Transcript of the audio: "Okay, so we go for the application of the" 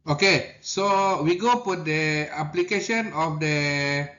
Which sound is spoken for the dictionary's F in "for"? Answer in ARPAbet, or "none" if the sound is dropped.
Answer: P